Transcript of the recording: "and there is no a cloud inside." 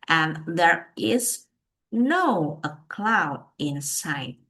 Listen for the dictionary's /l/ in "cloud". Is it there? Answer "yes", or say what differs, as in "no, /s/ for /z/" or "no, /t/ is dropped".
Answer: yes